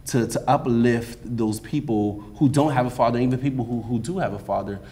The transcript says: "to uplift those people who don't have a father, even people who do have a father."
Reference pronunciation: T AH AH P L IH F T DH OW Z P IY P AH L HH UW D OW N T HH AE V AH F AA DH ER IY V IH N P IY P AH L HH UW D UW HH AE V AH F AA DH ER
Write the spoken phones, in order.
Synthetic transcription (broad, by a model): T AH AH P L IH F T DH OW Z P IY P L HH UW D OW N T HH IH V AH F AA DH ER IY V IH N P IY P L HH UW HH UW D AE V AH F AA DH ER